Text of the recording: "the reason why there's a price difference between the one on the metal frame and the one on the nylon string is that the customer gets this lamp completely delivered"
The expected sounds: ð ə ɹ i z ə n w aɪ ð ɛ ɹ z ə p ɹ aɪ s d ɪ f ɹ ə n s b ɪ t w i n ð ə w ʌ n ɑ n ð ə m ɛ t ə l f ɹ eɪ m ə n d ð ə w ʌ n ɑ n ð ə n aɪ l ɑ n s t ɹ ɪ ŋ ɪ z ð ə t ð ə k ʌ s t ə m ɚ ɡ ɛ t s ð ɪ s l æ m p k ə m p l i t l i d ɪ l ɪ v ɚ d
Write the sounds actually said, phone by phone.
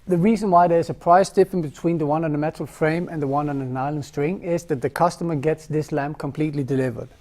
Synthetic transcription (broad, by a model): ð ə ɹ i z ə n w aɪ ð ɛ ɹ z ə p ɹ aɪ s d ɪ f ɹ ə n b ɪ t w i n ð ə w ʌ n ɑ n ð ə m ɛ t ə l f ɹ eɪ m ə n ð ə w ʌ n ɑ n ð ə n aɪ l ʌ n s t ɹ ɪ ŋ ɪ z ð ə t ð ə k ʌ s t ə m ɚ ɡ ɛ t s ð ɪ s l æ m k ə m p l i t l i d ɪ l ɪ v ɚ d